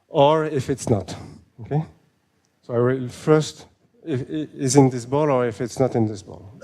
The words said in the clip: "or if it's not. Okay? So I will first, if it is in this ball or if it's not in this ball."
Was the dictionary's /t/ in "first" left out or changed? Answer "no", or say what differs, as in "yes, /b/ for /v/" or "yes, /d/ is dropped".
no